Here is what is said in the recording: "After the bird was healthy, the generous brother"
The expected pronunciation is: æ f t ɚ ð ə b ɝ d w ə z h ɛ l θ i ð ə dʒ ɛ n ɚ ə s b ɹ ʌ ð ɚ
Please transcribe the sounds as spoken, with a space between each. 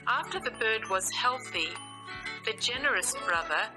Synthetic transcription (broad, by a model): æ f t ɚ ð ə b ɝ d w ə z h ɛ l θ i ð ə dʒ ɛ n ɚ ə s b ɹ ʌ ð ɚ